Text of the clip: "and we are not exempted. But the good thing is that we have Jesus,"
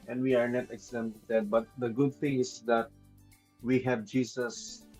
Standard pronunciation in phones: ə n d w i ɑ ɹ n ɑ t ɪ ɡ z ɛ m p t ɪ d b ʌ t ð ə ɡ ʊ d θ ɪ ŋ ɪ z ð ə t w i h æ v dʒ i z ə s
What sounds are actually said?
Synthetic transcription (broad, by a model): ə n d w i ɑ ɹ n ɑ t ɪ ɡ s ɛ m t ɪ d b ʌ t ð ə ɡ ʊ d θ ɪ ŋ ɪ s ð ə t w i h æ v dʒ i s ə s